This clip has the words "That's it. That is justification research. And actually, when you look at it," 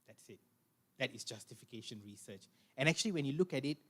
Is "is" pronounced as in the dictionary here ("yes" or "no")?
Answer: no